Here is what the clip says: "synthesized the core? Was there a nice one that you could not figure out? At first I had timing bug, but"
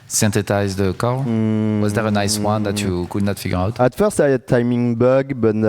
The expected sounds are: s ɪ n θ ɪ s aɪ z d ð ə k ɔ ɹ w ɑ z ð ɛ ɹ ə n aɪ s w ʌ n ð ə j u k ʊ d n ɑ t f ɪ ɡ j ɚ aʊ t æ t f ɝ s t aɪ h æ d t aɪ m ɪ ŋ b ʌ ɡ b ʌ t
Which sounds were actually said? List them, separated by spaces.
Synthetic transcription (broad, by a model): s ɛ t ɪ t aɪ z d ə k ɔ l w ɑ z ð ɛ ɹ ə n aɪ s w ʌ n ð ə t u k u d n ɑ t f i ɡ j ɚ aʊ t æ t f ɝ s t aɪ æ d t aɪ m ɪ ŋ b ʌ ɡ b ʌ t